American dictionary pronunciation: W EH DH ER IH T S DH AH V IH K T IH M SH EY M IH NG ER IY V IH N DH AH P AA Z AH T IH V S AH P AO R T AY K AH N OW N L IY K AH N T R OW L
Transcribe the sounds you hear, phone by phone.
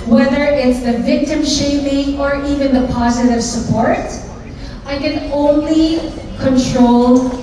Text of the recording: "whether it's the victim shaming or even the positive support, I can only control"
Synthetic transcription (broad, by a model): W EH DH ER IH T S DH AH V IH K T IH M SH EY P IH NG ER IY V IH N DH AH P AA Z AH T IH V S AH P AO R T AY K AH N OW N L IY K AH N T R OW L